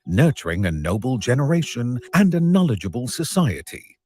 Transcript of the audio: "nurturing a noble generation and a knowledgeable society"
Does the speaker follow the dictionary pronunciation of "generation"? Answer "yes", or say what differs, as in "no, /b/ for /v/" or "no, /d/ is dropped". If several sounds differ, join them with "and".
yes